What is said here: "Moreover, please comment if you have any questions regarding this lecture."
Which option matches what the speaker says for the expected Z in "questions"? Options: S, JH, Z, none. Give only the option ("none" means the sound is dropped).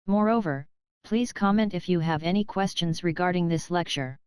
Z